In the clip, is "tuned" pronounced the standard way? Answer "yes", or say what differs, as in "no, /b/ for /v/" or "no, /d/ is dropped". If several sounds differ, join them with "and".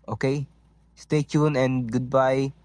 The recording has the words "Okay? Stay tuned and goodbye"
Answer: no, /d/ is dropped